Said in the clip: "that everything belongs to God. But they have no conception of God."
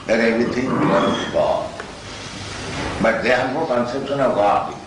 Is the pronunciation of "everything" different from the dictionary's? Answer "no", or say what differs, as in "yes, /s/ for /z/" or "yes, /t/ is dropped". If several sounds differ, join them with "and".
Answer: yes, /t/ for /θ/